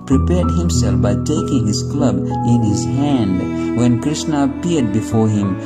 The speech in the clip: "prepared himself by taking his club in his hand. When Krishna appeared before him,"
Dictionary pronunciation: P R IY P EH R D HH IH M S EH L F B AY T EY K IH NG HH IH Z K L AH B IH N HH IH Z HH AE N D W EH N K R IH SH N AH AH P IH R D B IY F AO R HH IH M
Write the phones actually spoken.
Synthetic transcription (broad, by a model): P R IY P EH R D HH IH M S EH L F B AY T EY K IH NG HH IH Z K L AH B IH N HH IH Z HH AE N D W EH N K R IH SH N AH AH P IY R D B IY F AO R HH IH M